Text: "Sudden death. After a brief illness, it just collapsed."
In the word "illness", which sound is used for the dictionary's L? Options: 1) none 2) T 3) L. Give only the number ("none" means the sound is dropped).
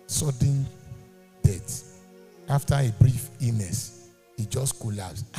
1